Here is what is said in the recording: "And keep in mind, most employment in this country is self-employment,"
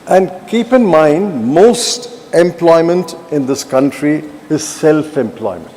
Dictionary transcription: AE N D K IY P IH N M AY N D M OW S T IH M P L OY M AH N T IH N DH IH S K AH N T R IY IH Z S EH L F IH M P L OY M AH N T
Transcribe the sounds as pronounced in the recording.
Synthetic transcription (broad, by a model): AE N D K IY P IH N M AY N D M OW S T IH M P L OY M AH N T IH N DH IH S K AH N T R IY IH Z S EH L F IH M P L OY M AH N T